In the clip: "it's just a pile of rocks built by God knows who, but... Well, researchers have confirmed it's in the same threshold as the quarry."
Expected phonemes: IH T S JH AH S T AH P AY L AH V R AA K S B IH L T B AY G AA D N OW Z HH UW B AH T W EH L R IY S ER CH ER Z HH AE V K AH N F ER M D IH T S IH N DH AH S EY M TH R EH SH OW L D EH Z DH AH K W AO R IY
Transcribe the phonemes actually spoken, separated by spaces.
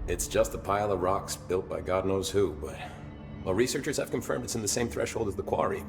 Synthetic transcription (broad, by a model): IH T S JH AH S T AH P AY L AH V R AA K S B IH L T B AY G AA D N OW Z HH UW B AH T W EH L R IY S ER CH ER Z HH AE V K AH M F ER M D IH T S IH N DH AH S EY M TH R EH SH OW L D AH Z DH AH K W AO R IY